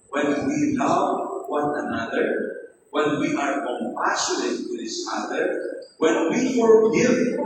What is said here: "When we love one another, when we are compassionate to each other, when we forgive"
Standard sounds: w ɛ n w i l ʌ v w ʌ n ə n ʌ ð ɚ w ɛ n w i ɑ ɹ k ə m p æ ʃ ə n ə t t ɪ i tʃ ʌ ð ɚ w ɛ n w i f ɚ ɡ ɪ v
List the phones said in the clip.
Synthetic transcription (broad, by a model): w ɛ n w i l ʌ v w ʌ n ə n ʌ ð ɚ w ɛ n w i ɑ ɹ k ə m p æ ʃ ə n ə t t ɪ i s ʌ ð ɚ w ɛ n w i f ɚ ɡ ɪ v